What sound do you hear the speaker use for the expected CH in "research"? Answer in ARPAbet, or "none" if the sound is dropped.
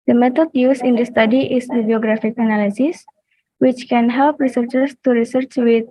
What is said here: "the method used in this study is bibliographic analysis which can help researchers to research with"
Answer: CH